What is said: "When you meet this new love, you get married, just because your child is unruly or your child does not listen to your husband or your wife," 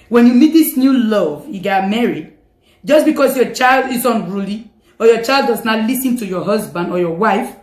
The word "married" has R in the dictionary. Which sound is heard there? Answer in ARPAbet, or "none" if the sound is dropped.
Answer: R